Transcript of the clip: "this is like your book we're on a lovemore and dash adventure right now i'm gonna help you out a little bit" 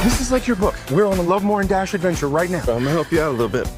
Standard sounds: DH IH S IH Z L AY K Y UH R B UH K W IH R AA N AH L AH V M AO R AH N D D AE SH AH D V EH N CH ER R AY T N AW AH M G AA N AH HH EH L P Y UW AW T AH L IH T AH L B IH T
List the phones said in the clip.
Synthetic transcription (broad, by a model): DH IH S IH Z L AY K Y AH R B UH K W IH R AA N AH L AH V M AO R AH N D D AE SH AH D V EH N CH ER R AY T N AW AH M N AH HH EH L P Y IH AW T AH L IH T L B IH T